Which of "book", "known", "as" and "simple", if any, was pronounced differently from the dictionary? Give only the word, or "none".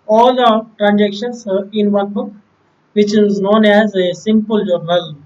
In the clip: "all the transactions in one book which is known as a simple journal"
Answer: none